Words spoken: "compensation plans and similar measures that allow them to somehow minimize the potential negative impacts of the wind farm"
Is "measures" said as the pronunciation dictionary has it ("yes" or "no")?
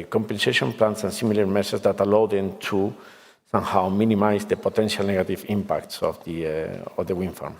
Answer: no